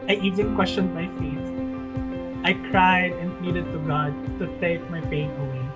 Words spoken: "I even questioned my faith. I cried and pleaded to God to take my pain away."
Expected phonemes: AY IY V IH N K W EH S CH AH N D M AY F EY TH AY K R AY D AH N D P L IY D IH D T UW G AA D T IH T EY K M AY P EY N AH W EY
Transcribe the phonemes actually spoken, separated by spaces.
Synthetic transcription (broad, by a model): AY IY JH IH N K W EH S CH AH N D M AY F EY T AY K R AY D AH N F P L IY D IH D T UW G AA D T IH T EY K M AY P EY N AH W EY